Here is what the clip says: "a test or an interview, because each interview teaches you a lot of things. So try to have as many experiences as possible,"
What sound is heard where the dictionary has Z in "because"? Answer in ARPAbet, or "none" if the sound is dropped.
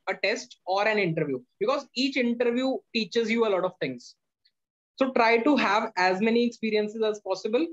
Z